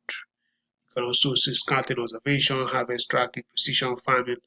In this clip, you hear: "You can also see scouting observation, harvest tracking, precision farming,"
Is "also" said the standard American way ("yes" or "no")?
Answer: no